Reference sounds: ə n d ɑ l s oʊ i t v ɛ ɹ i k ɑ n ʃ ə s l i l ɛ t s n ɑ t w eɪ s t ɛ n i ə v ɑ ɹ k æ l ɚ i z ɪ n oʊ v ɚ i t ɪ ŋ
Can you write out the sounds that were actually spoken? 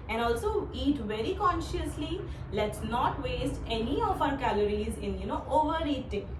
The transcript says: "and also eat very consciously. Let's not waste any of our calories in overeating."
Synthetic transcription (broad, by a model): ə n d ɑ l s oʊ i t v ɛ ɹ i k ɑ n ʃ ə s l i l ɛ t s n ɑ t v eɪ s t ɛ n i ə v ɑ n k æ l ɚ i z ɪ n oʊ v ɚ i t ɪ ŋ